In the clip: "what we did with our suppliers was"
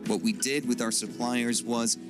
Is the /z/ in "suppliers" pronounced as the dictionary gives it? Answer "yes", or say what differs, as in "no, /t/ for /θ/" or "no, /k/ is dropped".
yes